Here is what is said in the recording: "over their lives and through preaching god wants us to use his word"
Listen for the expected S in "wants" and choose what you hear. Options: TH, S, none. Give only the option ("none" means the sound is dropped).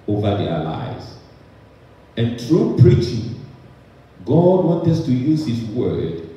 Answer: none